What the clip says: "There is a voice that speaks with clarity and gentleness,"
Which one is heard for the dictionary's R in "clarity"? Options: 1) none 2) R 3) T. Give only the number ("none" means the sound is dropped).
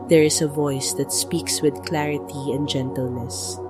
2